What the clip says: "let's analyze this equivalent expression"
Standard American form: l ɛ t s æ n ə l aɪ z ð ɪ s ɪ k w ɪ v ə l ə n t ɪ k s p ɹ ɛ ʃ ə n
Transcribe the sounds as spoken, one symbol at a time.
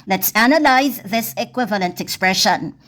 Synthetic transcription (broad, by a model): l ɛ t s æ n ə l aɪ z ð ɪ s ɪ k w ɪ v ə l ə n t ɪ k s p ɹ ɛ ʃ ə n